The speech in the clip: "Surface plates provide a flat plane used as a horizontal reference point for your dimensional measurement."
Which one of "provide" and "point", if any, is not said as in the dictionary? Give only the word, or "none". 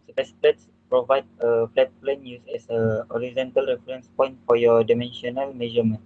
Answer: none